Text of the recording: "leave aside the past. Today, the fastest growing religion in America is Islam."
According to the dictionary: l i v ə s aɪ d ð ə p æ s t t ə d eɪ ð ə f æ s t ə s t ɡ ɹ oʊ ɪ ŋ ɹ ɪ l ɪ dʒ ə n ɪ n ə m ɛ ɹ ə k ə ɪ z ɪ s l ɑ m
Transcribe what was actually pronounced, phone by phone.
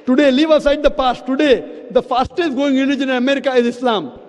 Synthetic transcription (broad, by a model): l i v ə s aɪ d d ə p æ s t t ə d eɪ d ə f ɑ s t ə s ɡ oʊ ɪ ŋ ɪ n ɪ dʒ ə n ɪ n ə m ɛ ɹ ə k ə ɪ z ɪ s l ɑ m